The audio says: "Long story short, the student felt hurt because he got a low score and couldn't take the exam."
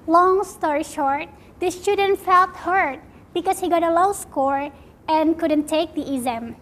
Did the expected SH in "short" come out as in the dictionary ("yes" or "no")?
yes